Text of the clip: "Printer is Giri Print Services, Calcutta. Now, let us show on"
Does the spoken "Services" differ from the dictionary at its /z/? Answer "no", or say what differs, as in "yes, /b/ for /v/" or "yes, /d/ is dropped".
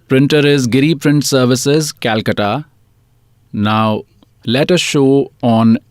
no